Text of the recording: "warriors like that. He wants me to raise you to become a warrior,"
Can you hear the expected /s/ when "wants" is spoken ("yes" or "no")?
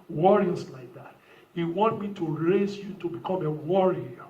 no